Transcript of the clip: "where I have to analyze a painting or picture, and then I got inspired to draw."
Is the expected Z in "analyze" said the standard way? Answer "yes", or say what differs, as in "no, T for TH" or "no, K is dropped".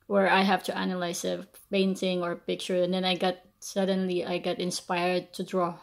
no, S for Z